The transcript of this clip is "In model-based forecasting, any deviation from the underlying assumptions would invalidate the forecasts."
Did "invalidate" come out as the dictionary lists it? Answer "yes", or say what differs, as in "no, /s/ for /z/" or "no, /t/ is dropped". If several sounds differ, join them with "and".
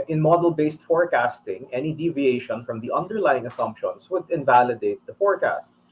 yes